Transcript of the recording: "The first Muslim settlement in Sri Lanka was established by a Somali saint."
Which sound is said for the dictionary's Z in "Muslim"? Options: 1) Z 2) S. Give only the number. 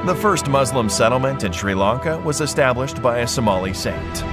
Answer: 1